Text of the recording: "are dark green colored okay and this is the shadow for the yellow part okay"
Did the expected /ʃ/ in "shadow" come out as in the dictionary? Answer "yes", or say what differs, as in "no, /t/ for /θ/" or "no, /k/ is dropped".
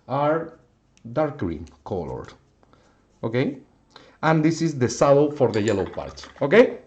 no, /s/ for /ʃ/